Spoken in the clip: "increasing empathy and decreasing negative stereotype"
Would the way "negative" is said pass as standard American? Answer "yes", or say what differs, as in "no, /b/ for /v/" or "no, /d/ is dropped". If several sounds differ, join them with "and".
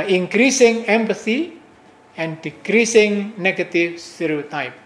no, /f/ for /v/